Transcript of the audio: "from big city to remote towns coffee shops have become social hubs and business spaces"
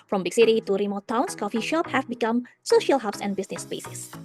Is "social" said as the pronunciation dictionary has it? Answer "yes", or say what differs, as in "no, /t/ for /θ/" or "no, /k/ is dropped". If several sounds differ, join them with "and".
yes